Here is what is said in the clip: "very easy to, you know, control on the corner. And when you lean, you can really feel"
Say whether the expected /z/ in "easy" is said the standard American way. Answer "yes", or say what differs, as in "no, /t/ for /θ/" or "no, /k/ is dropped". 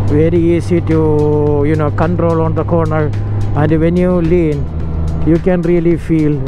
no, /s/ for /z/